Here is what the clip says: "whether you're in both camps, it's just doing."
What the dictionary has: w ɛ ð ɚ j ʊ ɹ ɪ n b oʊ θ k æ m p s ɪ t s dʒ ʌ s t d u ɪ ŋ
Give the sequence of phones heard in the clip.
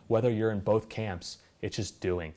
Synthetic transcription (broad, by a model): w ɛ ð ɚ j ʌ ɹ ɪ n b oʊ θ k æ m p s ɪ t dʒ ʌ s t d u ɪ ŋ